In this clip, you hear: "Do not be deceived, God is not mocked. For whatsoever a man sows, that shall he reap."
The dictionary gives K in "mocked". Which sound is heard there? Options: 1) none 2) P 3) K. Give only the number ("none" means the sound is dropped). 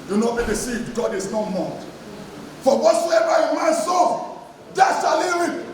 1